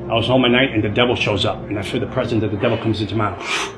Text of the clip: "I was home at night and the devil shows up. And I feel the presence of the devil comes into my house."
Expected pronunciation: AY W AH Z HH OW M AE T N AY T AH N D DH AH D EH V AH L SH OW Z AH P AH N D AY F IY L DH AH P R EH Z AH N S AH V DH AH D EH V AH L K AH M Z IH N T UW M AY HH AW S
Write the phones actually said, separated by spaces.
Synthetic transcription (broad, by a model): AY W AH Z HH OW M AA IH N AY T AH N DH AH D EH V L SH OW Z AH P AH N AY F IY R DH AH P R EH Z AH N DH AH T DH AH D EH V L K AH M Z IH N T UW M AY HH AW